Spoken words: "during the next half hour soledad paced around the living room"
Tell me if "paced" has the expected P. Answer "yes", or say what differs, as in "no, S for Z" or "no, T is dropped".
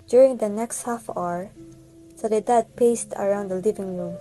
yes